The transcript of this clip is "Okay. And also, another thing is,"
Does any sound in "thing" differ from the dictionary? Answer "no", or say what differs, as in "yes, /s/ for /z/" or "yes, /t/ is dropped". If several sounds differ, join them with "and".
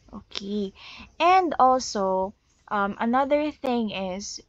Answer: no